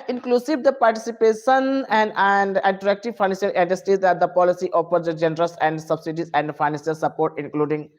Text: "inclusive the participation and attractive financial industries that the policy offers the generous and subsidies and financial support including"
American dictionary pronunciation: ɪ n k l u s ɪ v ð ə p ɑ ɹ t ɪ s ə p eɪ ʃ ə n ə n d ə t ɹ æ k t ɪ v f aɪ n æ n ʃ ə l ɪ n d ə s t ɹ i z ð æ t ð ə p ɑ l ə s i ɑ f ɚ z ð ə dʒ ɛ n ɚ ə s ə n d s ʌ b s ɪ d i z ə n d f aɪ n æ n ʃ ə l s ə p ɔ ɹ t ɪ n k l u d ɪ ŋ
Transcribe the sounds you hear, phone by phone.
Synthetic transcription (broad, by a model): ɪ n k l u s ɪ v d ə p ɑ ɹ t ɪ s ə p eɪ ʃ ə n ə n d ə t ɹ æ k t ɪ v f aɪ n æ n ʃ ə l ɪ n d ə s t i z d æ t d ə p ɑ l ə s i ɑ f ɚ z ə dʒ ɛ n ɚ ə s ə n d s ʌ b s ɪ d i z ə n d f aɪ n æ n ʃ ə l s ə p ɔ ɹ t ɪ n k l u d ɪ ŋ